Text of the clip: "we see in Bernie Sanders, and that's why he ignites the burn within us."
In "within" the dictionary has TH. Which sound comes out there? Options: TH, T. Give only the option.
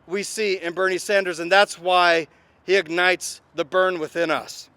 TH